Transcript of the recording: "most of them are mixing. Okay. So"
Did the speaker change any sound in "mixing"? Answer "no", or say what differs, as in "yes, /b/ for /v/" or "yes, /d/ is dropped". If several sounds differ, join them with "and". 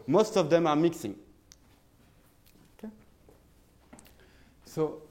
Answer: no